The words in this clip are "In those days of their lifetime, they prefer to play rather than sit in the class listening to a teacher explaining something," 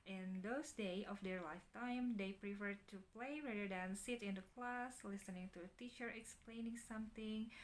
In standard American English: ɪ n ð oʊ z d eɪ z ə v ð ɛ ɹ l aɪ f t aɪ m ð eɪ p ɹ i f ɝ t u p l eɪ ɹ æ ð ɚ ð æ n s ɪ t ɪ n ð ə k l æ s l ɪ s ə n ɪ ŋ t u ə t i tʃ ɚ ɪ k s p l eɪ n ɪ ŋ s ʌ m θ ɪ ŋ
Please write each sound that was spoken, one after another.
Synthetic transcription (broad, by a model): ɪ n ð oʊ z d eɪ ə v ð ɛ ɹ l aɪ f t aɪ m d eɪ p ɹ i f ɝ t u p l eɪ ɹ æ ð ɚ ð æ n s ɪ t ɪ n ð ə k l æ s l ɪ s ə n ɪ ŋ t u ə t i tʃ ɚ ɪ k s p l eɪ n ɪ ŋ s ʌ m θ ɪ ŋ